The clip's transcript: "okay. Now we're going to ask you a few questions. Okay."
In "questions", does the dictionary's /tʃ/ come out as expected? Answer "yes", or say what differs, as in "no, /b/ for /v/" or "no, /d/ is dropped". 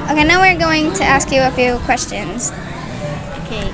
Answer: yes